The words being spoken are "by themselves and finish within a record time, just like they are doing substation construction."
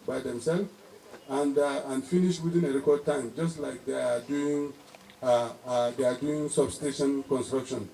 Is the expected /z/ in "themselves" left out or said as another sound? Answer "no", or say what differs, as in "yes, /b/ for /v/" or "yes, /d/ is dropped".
yes, /z/ is dropped